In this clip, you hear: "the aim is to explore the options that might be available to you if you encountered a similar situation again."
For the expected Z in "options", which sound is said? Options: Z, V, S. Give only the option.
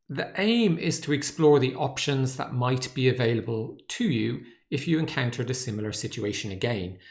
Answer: Z